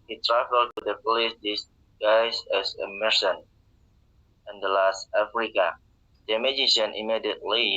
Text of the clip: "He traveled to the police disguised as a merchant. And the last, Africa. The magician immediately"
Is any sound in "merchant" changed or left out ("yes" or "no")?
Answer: yes